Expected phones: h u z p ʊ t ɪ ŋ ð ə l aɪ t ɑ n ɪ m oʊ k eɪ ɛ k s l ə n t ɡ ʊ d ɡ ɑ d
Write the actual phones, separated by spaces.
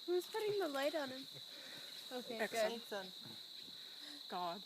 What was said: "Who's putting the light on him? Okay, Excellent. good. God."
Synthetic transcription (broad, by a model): h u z p ʊ t ɪ ŋ ð ə l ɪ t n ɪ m oʊ k eɪ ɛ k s ə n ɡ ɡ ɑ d